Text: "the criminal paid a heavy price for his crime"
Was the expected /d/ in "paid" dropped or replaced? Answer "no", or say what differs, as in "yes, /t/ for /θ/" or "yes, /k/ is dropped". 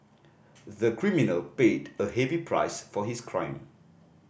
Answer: no